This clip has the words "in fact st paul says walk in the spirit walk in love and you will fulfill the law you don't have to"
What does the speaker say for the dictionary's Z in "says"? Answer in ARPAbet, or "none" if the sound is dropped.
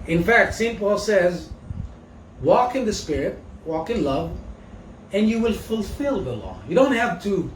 Z